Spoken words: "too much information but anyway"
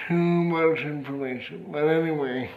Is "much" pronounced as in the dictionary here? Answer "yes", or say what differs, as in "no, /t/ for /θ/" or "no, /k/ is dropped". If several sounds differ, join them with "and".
no, /s/ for /tʃ/